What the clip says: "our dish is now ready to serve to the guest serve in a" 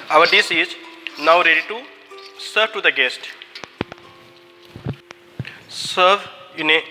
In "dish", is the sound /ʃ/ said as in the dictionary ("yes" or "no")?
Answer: no